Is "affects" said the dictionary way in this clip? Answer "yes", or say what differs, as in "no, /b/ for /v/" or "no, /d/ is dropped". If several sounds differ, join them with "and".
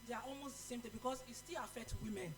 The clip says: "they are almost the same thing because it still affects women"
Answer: no, /s/ is dropped